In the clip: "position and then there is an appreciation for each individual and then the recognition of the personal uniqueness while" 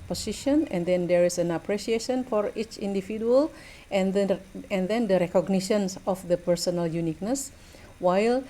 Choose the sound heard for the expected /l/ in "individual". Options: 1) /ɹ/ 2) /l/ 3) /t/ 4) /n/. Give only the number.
4